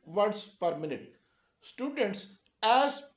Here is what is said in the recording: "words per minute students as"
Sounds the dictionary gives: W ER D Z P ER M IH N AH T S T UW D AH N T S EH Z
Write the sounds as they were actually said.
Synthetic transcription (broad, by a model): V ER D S P ER M IH N AH T S T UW D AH N T S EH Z